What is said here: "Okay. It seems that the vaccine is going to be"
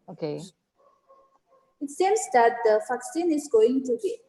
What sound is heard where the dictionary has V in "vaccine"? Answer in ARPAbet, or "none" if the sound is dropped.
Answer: F